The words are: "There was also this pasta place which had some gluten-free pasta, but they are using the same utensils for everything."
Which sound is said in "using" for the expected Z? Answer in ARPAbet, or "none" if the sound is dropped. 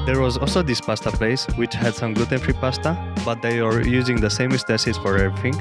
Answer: Z